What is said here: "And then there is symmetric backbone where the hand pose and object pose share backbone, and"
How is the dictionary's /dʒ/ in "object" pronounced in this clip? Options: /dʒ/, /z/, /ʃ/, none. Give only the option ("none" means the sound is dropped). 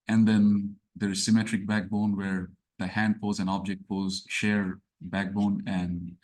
/dʒ/